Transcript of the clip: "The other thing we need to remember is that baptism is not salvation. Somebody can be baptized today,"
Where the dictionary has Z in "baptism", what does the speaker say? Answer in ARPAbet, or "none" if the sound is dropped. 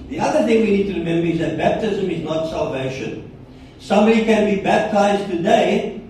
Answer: Z